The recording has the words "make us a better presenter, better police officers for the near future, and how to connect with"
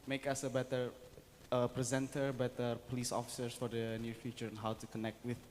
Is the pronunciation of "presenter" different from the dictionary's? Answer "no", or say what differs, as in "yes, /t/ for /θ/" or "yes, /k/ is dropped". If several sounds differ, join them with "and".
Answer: no